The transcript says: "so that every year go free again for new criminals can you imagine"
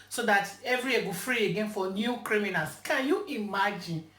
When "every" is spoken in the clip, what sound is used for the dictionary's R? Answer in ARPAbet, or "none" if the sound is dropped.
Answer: R